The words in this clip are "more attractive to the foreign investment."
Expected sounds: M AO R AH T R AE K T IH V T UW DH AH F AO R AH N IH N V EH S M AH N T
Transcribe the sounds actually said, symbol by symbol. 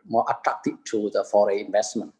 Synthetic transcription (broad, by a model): M AO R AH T R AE K T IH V T UW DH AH F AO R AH IH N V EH S M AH N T